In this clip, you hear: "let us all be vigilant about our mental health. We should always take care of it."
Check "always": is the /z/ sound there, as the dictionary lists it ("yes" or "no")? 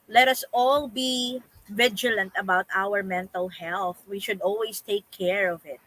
no